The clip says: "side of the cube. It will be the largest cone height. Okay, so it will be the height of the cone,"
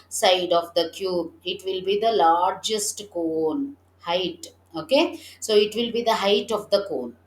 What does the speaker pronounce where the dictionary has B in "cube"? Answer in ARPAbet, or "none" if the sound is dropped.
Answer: B